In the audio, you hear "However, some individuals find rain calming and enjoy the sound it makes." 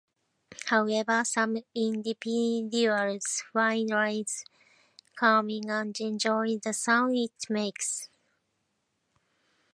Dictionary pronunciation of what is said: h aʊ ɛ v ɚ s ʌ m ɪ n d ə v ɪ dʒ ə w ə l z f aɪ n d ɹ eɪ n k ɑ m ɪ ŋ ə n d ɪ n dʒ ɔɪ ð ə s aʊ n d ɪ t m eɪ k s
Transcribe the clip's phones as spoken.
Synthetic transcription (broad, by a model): h aʊ ɛ v ɚ s ʌ m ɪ n d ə p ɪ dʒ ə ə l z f aɪ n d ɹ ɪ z k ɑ m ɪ ŋ ə n d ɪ n dʒ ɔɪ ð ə s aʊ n ɪ t m eɪ k s